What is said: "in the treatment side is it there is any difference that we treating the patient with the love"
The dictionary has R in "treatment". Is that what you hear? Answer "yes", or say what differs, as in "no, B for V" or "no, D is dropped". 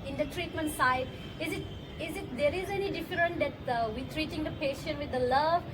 yes